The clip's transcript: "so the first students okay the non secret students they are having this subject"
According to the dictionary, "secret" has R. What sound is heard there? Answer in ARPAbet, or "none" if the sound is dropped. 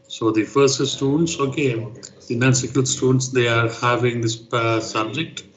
none